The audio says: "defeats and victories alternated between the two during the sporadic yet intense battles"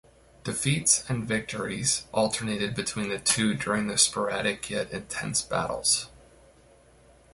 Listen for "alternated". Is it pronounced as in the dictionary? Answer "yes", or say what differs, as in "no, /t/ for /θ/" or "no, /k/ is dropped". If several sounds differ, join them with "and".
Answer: yes